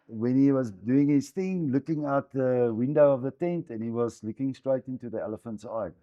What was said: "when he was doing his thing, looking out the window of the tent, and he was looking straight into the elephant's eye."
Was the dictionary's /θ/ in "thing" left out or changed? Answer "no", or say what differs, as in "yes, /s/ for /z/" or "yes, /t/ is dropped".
no